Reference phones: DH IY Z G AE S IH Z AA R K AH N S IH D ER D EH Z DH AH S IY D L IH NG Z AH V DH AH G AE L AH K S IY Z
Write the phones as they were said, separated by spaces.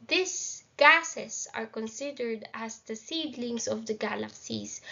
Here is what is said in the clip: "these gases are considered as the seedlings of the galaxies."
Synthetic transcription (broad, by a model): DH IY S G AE S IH S AA R K AH N S IH D ER D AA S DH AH S IY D L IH NG S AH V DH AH G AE L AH K S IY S